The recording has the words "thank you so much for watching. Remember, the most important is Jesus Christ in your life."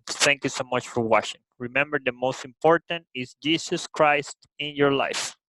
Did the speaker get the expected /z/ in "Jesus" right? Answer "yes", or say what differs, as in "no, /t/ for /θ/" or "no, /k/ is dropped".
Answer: no, /s/ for /z/